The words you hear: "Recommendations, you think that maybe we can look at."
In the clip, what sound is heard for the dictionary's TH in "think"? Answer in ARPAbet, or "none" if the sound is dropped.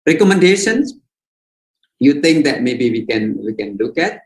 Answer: T